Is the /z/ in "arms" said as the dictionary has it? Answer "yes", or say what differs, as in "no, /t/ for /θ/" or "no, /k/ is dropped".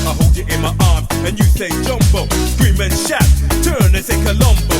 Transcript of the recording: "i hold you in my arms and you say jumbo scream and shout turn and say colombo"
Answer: no, /z/ is dropped